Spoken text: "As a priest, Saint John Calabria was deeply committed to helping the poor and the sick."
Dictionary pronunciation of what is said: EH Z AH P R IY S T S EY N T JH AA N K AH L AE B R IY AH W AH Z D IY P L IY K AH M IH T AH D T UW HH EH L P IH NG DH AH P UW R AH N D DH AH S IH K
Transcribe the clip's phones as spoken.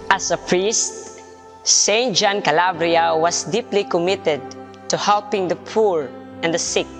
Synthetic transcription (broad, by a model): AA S AH P R IY S T S EY N T JH AA N K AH L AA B R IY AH W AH S D IY P L IY K AH M IH T AH D T UW HH EH L P IH NG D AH P UW R AH N D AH S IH K